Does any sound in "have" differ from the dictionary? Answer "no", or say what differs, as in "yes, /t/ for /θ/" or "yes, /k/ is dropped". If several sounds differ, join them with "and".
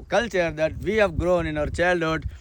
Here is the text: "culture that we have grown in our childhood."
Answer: no